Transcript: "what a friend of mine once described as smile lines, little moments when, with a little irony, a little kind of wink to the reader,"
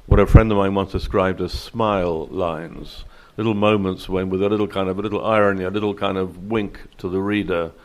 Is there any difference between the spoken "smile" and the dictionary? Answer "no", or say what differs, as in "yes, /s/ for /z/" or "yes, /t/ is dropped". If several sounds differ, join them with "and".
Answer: no